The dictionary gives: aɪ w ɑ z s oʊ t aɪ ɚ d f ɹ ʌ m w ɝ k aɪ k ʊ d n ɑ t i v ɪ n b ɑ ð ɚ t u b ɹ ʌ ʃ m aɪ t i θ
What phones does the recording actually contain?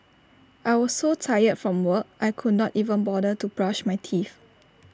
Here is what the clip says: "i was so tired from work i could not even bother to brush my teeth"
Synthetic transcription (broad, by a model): aɪ w ɑ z s oʊ t aɪ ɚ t f ɹ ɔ m w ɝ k aɪ k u d n ɑ t i v ɪ n b ɑ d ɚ t u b ɹ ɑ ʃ m aɪ t i f